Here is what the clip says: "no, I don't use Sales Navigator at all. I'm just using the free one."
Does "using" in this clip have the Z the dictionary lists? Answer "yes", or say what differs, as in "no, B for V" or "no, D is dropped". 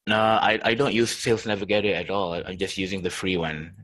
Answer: yes